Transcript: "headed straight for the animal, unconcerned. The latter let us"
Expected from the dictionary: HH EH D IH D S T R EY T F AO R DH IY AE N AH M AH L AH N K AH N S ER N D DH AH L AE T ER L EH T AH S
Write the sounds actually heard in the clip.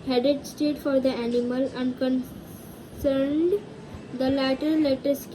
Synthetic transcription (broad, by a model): HH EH D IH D S T EY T F AO R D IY AE N AH M AH L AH N K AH N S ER N D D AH L AE T ER L EH T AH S